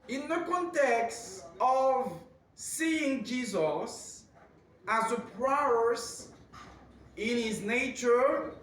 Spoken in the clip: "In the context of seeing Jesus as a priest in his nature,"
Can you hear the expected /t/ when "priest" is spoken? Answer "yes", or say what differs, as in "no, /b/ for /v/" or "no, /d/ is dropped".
no, /t/ is dropped